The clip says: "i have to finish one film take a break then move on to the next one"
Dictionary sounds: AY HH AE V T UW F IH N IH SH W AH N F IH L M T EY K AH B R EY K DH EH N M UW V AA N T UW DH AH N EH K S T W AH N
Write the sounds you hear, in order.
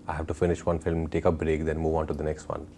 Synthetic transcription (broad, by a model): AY HH AE V T UW F IH N IH SH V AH N F IH L M T EY K AH B R EY K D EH N M UW V AA N T UW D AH N EH K S T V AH N